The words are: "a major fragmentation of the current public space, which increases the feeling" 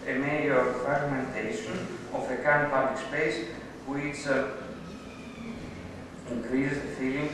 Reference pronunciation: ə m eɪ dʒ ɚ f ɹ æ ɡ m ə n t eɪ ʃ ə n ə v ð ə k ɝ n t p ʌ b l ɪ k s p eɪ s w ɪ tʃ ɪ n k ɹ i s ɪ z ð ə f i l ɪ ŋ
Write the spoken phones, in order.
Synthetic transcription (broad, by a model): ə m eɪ ɚ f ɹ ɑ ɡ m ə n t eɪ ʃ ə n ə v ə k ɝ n p ʌ b l ɪ k s p eɪ s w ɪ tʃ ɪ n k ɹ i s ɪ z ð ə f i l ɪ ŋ